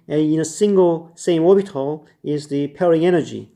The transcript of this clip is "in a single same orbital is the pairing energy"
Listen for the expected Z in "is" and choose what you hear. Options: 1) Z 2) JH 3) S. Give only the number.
1